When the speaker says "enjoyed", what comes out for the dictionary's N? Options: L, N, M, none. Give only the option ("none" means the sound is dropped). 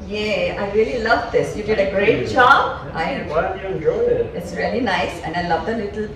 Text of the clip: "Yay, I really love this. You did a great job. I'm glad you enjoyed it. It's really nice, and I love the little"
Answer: none